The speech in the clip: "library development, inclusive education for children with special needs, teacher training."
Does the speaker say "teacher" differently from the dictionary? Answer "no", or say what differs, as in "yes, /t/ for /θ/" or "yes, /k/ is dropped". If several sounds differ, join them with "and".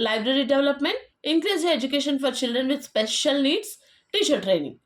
yes, /ʃ/ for /tʃ/